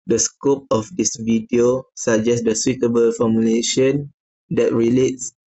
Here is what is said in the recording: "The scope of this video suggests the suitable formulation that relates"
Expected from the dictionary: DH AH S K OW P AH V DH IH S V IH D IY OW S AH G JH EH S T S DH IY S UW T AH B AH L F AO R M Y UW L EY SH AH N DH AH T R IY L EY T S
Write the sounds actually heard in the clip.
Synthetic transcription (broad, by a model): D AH S K OW P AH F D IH S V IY D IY OW S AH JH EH S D S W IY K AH B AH L F AO M Y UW L EY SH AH N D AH T R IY L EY T S